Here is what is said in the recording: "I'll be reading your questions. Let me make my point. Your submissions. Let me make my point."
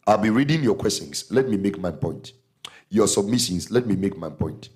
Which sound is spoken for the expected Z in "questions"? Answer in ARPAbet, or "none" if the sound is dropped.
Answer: S